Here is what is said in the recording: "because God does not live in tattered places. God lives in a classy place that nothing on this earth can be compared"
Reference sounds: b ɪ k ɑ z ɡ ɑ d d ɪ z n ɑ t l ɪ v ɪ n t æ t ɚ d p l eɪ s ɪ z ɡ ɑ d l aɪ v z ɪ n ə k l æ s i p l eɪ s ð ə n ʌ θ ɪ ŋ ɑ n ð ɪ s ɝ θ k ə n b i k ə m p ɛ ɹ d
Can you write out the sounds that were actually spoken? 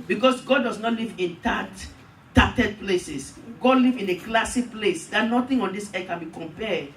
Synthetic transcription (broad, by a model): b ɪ k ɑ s ɡ ɑ d d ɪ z n ɑ t l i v ɪ n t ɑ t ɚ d p l eɪ s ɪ s ɡ ɑ d l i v ɪ n ə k l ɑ s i p l eɪ s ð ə n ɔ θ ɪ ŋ ɑ n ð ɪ s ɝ k ə n b i k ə m p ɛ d